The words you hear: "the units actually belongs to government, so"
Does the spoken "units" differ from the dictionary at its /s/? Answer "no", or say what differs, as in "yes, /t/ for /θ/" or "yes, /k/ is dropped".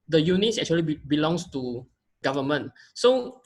no